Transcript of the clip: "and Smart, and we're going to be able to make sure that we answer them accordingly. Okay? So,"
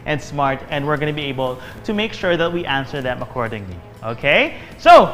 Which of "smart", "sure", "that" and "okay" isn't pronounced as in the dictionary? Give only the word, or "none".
none